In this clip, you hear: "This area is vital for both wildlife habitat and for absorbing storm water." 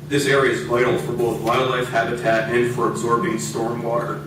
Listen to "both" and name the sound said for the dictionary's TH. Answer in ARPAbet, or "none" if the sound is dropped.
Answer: TH